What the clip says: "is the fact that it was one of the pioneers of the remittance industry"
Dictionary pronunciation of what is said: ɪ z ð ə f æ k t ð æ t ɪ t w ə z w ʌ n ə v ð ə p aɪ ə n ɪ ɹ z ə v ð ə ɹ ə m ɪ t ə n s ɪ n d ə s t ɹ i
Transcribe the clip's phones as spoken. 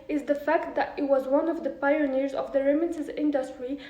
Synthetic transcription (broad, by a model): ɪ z ð ə f æ k t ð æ t ɪ t w ə z w ʌ n ə v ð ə p aɪ ə n ɪ ɹ z ə v ð ə ɹ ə m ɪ s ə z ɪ n d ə s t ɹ i